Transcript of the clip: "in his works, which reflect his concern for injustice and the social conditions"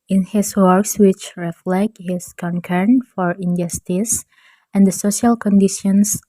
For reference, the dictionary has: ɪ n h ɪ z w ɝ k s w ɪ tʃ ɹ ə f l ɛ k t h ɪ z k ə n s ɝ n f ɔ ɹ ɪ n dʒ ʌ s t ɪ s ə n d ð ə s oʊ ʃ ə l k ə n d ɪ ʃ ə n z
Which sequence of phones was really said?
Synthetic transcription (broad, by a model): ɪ n h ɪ s w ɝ k s w ɪ tʃ ɹ ə f l ɛ k t h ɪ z k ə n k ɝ n f ɔ ɹ ɪ n dʒ ʌ s t ɪ s ə n d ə s oʊ ʃ ə l k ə n d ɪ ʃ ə n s